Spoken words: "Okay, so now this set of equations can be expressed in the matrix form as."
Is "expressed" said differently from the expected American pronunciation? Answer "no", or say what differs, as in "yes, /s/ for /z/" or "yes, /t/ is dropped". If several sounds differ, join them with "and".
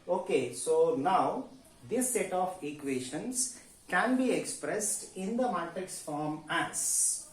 no